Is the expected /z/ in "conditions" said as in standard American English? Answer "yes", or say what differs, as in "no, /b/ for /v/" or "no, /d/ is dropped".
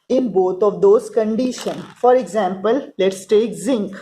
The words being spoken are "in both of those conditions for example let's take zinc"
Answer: no, /z/ is dropped